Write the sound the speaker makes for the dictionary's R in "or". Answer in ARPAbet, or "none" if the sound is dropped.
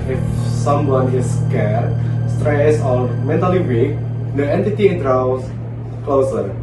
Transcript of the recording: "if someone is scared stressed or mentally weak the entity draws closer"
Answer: L